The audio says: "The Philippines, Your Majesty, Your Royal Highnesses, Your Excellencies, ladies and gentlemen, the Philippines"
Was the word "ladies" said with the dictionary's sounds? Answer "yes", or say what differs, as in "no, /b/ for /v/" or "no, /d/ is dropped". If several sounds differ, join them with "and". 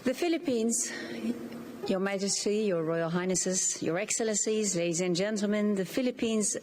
yes